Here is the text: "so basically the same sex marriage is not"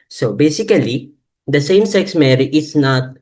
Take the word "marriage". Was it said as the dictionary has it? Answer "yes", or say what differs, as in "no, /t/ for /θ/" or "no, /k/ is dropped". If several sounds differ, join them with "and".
no, /dʒ/ is dropped